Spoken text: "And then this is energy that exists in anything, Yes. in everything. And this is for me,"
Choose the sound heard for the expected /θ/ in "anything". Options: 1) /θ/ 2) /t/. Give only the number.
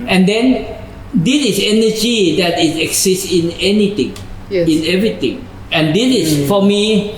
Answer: 2